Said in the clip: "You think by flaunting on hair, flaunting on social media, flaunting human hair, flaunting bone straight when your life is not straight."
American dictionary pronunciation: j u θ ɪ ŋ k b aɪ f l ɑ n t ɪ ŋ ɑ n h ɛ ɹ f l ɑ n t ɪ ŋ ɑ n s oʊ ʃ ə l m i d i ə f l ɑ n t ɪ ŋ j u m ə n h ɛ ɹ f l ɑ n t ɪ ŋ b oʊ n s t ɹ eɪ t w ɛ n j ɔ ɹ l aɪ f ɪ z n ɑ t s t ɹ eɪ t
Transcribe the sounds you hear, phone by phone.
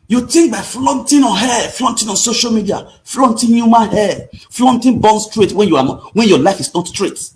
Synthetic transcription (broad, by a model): j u t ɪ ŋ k b aɪ f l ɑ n t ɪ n ɑ n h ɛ f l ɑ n t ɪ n ɑ n s oʊ ʃ ə l m i d i ə f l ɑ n t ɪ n j u m ə n h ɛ f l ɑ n t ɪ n b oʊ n s t ɹ eɪ t w ɛ n j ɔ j l aɪ f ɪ s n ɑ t s t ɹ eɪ t